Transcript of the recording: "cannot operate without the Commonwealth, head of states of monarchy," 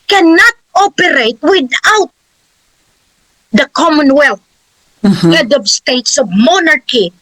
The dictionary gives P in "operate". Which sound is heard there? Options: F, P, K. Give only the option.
P